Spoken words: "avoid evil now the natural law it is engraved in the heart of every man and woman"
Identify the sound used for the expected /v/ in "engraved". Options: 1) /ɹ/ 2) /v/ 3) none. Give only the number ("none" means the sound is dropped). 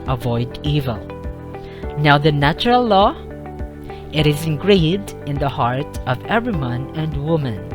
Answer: 3